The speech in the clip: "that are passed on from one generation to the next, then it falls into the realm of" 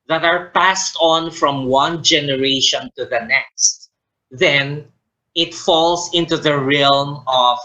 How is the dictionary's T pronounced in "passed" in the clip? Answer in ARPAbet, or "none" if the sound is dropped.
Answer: T